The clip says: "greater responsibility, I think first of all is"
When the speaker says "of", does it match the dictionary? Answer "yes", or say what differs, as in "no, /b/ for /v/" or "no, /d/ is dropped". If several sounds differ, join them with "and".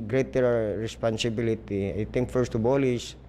no, /b/ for /v/